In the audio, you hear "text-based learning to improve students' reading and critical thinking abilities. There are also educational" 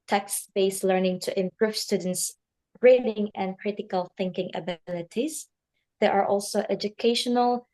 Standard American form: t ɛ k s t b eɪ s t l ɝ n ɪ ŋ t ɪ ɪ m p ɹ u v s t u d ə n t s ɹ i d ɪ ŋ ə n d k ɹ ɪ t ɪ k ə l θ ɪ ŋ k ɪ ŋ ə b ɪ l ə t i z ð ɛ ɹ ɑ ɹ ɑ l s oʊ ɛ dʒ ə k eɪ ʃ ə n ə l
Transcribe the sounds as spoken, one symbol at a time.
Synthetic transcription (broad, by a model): t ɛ k s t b eɪ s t l ɝ n ɪ ŋ t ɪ ɪ m p ɹ u v s t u d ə n t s ɹ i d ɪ ŋ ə n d k ɹ ɪ t ɪ k ə l θ ɪ ŋ k ɪ ŋ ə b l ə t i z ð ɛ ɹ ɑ ɹ ɑ l s oʊ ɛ dʒ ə k eɪ ʃ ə n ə l